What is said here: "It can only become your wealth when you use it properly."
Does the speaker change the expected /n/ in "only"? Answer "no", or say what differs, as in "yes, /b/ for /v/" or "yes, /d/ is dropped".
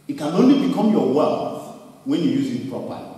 no